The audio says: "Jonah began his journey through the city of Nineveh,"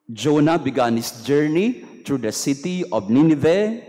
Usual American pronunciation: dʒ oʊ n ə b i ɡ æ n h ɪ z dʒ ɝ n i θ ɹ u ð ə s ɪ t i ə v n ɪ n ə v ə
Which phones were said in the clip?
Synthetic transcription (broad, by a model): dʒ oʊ n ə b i ɡ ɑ n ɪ s dʒ ɝ n i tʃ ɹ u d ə s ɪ t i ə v n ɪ n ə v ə